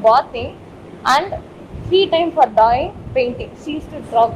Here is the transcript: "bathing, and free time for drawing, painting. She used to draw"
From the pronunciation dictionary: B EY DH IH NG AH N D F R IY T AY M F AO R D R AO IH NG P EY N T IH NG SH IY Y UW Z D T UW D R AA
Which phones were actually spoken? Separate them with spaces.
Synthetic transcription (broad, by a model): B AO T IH AH N D F R IY T AY M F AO R D AO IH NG P EY N T IH NG S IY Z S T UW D R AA